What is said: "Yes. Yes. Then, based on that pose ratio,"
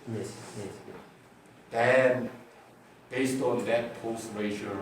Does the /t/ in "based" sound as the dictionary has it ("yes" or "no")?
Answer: yes